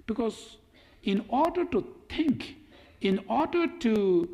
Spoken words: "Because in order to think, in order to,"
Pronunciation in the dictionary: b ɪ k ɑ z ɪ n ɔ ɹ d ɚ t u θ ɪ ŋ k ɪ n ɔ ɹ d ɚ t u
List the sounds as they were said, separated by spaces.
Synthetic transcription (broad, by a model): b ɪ k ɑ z ɪ n ɔ ɹ d ɚ t u t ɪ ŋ k ɪ n ɔ ɹ d ɚ t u